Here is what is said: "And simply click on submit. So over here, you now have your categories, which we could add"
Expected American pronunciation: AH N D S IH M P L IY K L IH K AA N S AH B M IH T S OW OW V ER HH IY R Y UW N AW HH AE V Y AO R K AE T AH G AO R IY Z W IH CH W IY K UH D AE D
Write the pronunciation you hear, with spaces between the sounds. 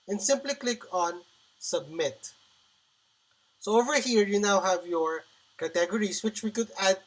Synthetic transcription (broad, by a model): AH N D S IH M P L IY K L IH K AA N S AH B M IH T S OW OW V ER HH IY R Y UW N AW HH AE V Y AO R K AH T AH G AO R IY S W IH CH W IY K UH D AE D